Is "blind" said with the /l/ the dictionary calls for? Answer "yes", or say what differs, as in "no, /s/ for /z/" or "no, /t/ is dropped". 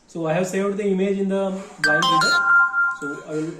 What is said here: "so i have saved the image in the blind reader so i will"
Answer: no, /l/ is dropped